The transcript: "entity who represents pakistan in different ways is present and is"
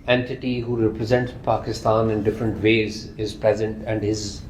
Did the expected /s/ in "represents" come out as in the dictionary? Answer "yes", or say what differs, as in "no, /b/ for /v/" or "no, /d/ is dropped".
no, /s/ is dropped